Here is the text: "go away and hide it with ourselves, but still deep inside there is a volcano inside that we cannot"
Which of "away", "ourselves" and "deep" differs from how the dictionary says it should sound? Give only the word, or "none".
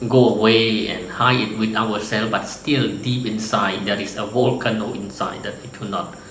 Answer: ourselves